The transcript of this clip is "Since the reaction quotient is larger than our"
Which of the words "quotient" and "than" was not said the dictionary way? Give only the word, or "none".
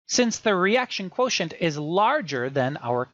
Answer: none